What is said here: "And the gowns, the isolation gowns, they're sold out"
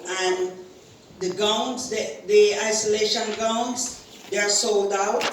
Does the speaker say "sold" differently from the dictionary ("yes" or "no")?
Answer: no